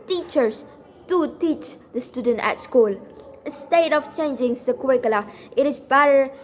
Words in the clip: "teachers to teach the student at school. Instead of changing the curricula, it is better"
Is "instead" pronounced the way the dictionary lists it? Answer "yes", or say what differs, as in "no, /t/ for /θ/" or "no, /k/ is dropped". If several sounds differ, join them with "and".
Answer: no, /n/ is dropped